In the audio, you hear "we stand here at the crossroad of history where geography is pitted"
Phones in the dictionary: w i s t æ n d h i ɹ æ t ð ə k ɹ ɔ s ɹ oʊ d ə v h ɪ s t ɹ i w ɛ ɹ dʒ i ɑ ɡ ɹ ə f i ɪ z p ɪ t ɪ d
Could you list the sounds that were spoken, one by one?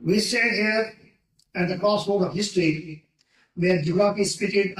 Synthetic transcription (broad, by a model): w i s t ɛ d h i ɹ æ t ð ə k ɹ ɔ s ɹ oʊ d ə v h ɪ s t ɹ i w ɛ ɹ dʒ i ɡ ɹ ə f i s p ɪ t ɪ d